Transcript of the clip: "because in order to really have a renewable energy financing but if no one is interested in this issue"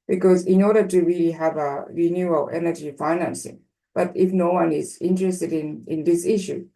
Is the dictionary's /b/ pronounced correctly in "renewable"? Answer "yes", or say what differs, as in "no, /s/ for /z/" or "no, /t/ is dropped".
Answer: no, /b/ is dropped